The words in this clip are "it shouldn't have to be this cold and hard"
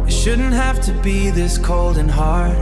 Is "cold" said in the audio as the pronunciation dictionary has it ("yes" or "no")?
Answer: yes